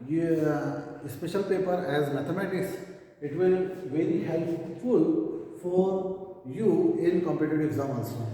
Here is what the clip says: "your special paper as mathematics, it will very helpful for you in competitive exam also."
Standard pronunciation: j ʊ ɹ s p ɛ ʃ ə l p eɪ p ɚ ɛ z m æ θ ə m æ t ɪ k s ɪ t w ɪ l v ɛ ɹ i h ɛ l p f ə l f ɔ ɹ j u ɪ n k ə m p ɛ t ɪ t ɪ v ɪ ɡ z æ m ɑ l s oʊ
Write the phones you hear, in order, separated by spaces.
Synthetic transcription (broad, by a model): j s p ɛ ʃ ə l p eɪ p ɚ ɛ z m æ t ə m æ t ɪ k s ɪ t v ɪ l v ɛ ɹ i h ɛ l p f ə l f ɔ ɹ j u ɪ n k ə m p ɛ t ɪ t ɪ v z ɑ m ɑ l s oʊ